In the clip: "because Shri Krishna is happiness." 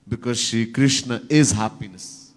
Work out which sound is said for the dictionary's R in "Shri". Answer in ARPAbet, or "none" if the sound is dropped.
none